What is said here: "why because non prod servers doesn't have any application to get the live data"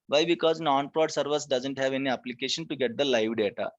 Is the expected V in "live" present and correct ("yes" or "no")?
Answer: yes